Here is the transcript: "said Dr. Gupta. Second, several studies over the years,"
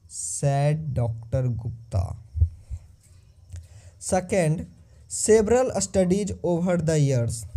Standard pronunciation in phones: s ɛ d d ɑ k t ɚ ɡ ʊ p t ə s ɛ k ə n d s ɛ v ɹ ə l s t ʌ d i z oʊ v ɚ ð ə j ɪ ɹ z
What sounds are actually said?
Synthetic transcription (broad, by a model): s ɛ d d ɑ k t ɚ ɡ ʊ p t ə s ɛ k ə n d s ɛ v ɹ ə l s t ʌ d i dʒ oʊ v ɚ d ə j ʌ ɹ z